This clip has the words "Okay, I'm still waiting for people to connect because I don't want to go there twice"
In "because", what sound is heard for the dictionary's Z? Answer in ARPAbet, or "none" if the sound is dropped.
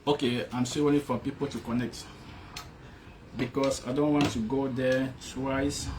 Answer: S